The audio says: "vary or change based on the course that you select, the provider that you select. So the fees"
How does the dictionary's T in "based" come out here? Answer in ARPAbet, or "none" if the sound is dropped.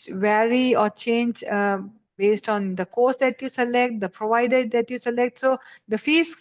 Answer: T